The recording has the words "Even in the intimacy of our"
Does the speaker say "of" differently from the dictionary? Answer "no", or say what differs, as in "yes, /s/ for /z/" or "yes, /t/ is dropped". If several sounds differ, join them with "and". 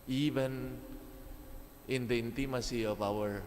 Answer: yes, /p/ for /v/